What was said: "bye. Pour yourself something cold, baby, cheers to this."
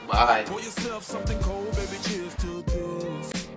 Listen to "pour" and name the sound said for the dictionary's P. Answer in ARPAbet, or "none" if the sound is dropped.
F